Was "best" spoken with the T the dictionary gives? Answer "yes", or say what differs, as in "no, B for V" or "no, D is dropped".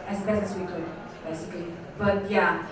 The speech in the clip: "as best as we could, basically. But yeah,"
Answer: no, T is dropped